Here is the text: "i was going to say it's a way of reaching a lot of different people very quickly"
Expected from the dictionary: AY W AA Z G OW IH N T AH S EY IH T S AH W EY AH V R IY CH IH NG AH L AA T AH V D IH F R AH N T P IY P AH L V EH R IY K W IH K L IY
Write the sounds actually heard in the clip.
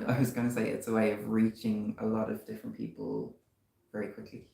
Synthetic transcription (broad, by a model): AY W AA Z G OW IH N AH S EY IH T S AH W EY AH V R IY CH IH NG AH L AA T AH V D IH F R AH N P IY P AH L V EH R IY K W IH K L IY